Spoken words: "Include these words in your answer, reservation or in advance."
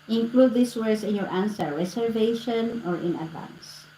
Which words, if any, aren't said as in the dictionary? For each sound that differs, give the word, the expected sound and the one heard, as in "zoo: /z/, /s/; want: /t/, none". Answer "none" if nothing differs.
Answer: these: /z/, /s/; words: /z/, /s/; reservation: /z/, /s/